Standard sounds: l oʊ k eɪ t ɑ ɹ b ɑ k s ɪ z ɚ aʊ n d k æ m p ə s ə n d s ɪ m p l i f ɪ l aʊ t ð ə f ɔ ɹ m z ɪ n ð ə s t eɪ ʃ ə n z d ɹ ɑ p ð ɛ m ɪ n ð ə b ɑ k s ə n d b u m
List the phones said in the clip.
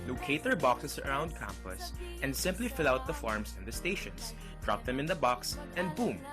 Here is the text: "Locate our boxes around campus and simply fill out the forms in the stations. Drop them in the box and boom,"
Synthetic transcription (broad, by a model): l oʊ k eɪ t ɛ ɹ b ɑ k s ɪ s ɚ aʊ n d k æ m p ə s ə n d s ɪ m p l i f ɪ l aʊ t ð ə f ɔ ɹ m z ɪ n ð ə s t eɪ ʃ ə n s d ɹ ɑ p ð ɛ m ɪ n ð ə b ɑ k s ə n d b u m